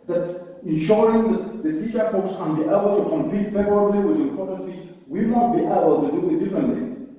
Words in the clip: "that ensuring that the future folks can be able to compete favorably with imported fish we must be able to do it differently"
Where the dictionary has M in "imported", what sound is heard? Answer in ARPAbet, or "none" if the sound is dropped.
none